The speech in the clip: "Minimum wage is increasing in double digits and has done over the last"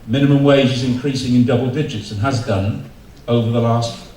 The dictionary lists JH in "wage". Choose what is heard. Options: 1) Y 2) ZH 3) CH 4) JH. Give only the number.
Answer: 4